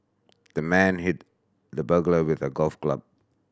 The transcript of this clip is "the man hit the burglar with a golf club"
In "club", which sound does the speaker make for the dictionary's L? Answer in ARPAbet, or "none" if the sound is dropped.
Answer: L